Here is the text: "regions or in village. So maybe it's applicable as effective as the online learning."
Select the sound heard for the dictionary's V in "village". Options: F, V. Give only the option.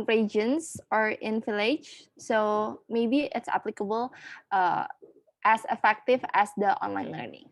F